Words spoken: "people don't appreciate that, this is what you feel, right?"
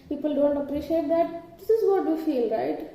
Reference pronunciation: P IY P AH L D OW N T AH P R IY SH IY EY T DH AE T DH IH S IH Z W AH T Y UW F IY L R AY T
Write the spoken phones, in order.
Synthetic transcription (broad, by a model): P IY P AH L D OW N T AH P R IY SH IY EY T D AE T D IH S IH Z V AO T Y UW F IY L R AY T